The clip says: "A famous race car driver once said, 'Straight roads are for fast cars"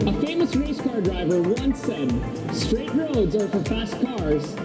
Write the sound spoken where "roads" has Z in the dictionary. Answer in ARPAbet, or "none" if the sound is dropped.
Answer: Z